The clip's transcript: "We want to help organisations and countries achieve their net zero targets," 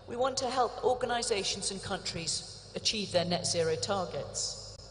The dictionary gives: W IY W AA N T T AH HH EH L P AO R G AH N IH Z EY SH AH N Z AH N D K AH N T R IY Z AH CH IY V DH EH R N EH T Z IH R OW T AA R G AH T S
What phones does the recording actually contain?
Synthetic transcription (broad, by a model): W IY W AA N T T AH HH EH L P AO G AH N IH Z EY SH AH N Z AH N K AH N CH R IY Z AH CH IY V DH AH N EH T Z IH R OW T AA G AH T S